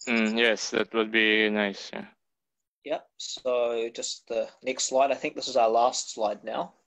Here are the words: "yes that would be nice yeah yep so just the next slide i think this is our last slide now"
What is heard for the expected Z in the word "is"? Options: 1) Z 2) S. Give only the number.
1